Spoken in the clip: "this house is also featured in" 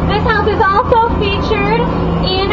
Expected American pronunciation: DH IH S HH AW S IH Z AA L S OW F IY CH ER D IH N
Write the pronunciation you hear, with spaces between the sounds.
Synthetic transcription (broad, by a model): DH IH S HH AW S IH Z AA L S OW F IY CH ER D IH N